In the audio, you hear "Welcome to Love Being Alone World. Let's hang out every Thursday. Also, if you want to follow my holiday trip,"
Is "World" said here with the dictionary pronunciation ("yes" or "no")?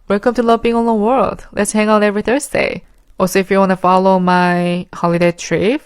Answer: yes